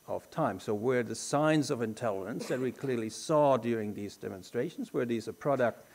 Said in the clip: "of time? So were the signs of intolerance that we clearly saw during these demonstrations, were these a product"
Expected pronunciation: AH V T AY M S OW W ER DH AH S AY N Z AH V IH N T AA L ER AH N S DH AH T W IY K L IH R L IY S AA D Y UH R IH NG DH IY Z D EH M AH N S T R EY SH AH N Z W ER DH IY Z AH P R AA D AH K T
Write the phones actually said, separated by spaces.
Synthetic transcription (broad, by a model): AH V T AY M S OW W ER DH AH S AY N Z AH V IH N T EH L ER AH N S DH AH T W IY K L IH R L IY S AA D Y UH R IH NG DH IY Z D EH M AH N S T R EY SH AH N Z W ER DH IY Z AH P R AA D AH K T